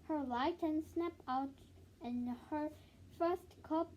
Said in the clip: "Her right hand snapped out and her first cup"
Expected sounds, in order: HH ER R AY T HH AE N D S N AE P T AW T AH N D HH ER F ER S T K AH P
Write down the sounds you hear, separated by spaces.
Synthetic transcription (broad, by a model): HH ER L AY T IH N S N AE P AW T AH N HH ER F ER S T K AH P